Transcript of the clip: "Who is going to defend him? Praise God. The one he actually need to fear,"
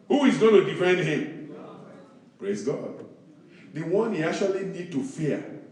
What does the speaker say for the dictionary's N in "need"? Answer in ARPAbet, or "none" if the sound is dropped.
N